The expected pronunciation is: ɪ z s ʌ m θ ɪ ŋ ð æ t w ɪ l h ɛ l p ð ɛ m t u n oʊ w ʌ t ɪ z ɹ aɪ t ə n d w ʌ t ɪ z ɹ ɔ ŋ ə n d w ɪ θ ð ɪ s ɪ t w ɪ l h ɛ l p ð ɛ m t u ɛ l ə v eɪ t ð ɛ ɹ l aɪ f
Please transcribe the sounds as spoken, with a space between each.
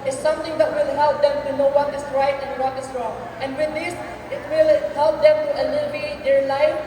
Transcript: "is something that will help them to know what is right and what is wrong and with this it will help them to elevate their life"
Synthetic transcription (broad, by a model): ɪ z s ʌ m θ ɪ ŋ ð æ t w ɪ l h ɛ l p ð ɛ m t u n oʊ w ʌ t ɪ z ɹ aɪ t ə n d w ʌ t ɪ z ɹ ɔ ŋ ə n d w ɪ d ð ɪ s ɪ t w ɪ l h ɛ l p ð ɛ m t u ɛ l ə b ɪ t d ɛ ɹ l aɪ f